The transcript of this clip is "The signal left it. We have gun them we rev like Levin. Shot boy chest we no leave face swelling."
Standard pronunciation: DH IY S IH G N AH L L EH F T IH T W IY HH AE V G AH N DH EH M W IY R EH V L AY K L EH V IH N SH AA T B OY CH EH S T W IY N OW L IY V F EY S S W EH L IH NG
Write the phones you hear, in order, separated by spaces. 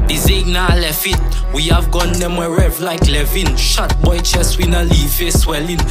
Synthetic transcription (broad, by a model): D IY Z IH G N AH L L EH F IH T W IY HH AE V G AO N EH M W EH R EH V L AY K L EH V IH N SH AA T B OY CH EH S W IY N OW L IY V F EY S S W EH L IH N